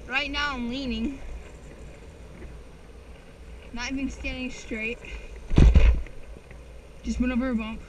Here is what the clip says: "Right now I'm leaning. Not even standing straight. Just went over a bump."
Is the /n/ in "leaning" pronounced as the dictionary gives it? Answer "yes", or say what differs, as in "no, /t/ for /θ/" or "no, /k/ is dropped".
yes